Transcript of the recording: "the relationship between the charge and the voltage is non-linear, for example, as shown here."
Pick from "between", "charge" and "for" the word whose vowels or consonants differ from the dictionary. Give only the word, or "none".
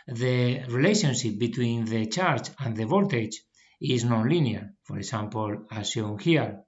charge